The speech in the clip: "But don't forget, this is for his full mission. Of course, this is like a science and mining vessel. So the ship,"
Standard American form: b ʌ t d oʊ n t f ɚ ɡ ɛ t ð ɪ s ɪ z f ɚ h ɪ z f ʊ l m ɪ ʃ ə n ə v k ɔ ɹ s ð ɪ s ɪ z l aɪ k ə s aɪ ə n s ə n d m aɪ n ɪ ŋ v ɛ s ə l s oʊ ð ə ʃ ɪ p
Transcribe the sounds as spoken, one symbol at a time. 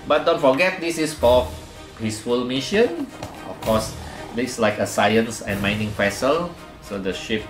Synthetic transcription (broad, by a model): b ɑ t d oʊ n t f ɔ ɡ ɛ t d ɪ s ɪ s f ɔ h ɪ s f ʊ l m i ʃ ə n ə f k ɔ s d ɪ s l aɪ k ə s aɪ ə n s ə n m aɪ n ɪ ŋ p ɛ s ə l s oʊ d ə ʃ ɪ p